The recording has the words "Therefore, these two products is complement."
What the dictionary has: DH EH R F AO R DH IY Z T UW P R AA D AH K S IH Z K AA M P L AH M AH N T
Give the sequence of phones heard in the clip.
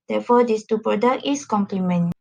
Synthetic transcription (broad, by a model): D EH F AO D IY S T UW P R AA D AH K IH S K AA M P L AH M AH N